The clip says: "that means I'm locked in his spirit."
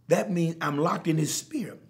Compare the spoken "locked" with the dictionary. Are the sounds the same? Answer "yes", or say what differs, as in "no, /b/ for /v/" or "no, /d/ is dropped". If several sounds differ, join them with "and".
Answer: yes